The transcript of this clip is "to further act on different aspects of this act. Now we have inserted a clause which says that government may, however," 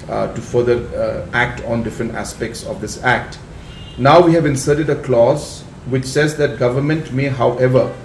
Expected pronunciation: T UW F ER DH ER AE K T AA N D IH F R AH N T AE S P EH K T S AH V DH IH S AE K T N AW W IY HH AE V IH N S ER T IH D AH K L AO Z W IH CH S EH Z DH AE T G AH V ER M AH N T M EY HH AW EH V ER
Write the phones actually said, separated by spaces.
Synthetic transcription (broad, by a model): T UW F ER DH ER AE K T AA N D IH F R AH N T AE S P EH K T S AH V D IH S AE K T N AW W IY HH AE V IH N S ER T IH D AH K L AO Z W IH CH S EH Z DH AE T G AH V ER M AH N T M EY HH AW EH V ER